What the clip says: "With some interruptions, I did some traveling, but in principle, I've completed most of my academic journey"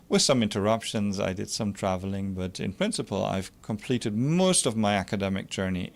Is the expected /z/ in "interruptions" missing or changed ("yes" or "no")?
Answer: no